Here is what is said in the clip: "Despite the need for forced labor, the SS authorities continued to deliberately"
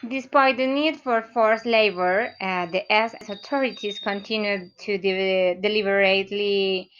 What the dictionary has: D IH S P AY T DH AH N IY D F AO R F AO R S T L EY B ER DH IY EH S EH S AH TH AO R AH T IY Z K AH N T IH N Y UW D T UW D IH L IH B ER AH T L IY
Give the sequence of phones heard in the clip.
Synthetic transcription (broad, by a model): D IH S P AY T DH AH N IY D F AO R F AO R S L EY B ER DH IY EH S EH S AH T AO R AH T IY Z K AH N T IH N Y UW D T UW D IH L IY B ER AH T L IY